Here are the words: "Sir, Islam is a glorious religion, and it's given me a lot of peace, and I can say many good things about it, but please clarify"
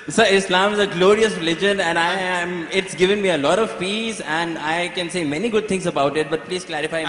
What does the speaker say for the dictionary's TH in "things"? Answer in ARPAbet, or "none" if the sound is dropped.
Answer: T